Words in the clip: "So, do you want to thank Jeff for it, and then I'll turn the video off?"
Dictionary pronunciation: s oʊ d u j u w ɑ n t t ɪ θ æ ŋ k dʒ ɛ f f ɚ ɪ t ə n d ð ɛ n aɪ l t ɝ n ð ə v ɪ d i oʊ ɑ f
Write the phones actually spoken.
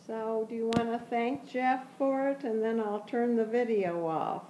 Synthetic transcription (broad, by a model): s oʊ d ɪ j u w ɑ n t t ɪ θ æ ŋ k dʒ ɛ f f ɚ ɪ t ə n ð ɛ n aɪ l t ɝ n ð ə v ɪ d i oʊ ɑ f